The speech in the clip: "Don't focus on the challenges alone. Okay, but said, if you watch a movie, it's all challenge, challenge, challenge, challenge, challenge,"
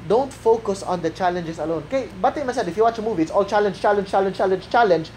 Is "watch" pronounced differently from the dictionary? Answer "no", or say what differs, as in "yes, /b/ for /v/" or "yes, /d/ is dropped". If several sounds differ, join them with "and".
no